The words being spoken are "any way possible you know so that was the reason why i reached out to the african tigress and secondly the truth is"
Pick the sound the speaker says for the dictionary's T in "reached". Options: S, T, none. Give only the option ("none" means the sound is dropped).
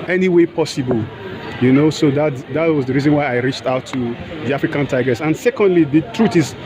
T